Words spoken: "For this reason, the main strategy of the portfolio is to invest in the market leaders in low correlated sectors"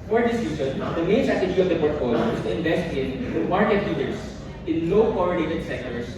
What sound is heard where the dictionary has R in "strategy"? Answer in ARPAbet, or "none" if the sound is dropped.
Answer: none